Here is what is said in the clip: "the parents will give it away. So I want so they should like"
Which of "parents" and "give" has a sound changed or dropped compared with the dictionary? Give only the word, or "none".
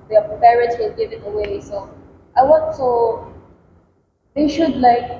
parents